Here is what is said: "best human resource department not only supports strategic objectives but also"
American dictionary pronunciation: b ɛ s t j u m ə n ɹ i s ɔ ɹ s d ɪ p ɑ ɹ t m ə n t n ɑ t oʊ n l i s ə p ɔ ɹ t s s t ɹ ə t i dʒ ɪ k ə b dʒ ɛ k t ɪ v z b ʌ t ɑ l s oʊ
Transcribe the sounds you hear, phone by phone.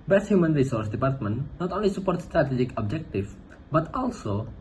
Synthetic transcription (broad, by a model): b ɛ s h j u m ə n ɹ i s ɔ ɹ s d ɪ p ɑ ɹ t m ə n t n ɑ t oʊ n l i s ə p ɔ ɹ t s s t ɹ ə t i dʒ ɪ k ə b dʒ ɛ k t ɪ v b ʌ t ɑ l s oʊ